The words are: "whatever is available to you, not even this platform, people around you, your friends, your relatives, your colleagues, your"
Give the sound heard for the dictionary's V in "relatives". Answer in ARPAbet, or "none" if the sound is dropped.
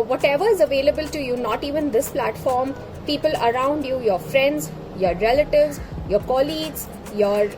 V